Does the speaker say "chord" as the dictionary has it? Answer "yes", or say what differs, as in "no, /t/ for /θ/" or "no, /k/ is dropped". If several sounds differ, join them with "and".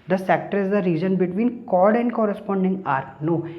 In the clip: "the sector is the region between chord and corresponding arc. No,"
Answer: yes